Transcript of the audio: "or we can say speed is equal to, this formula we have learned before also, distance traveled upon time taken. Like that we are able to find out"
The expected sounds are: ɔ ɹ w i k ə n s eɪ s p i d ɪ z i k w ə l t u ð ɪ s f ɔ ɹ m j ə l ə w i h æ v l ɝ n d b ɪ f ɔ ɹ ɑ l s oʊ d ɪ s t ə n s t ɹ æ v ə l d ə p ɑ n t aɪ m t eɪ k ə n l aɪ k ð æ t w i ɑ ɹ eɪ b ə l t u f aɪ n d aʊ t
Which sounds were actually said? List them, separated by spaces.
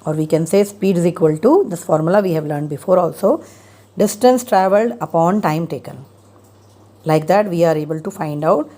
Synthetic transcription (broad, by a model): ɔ ɹ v i k ə n s eɪ s p i d ɪ z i k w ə l t u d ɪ s f ɔ ɹ m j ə l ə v i h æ v l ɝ n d b ɪ f ɔ ɹ ɑ l s oʊ d ɪ s t ə n s t ɹ æ v ə l d ə p ɑ n t aɪ m t eɪ k ə n l aɪ k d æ t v i ɑ ɹ eɪ b ə l t u f aɪ n d aʊ t